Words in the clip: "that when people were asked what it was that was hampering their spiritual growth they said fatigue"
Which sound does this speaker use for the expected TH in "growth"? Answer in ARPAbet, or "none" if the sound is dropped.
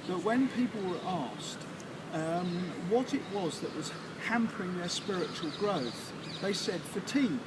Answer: TH